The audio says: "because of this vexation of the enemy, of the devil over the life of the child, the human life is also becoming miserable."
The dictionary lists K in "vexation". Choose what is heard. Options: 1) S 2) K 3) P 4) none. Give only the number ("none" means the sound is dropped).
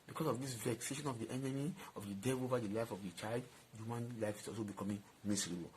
2